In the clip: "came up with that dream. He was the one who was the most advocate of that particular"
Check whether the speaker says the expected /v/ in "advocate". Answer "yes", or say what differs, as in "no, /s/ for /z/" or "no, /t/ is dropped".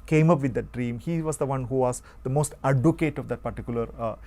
no, /v/ is dropped